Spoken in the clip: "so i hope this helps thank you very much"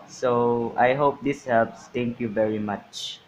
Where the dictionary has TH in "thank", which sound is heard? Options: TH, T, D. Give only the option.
T